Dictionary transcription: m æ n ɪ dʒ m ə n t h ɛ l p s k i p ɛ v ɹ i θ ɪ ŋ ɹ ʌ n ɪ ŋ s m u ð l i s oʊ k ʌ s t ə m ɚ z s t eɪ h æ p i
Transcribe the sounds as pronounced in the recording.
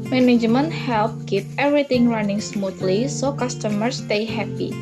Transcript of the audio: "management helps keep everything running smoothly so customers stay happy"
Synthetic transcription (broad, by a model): m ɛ n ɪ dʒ m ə n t h ɛ l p k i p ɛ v ɹ i t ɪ ŋ ɹ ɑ n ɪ ŋ s m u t l i s oʊ k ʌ s t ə m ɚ s t eɪ h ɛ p i